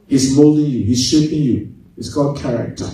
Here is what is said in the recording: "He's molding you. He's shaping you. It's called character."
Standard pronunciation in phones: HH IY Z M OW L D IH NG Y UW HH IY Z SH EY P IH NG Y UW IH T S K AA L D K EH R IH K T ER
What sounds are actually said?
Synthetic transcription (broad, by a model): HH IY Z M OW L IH Y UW HH IY Z SH EY P IH NG Y UW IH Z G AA D K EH R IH K T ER